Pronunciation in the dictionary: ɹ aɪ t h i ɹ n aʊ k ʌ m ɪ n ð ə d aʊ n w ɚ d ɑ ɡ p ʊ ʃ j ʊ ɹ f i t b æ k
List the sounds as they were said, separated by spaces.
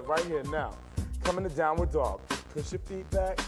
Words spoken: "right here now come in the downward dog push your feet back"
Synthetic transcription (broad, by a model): ɹ aɪ t h i ɹ n aʊ k ʌ m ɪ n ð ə d aʊ n w ɚ d ɑ ɡ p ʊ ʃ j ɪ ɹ f i t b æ k